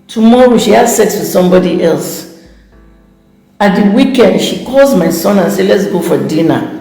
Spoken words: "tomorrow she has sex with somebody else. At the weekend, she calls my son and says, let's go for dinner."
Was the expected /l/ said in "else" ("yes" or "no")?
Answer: yes